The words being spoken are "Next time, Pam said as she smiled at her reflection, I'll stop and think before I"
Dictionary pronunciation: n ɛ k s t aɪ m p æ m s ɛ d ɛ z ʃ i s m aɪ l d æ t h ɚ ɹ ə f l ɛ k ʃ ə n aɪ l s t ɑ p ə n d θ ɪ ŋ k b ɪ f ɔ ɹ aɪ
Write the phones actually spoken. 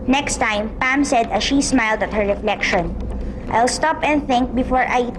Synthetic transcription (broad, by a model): n ɛ k s t aɪ m p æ m s ɛ d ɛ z ʃ i s m aɪ l d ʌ t h ɚ ɹ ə f l ɛ k ʃ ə n aɪ l s t ɑ p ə n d θ ɪ ŋ k b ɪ f ɔ ɹ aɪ